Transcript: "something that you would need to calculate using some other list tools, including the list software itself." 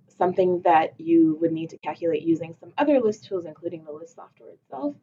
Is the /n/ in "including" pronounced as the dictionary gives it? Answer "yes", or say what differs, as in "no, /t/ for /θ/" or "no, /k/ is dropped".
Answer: yes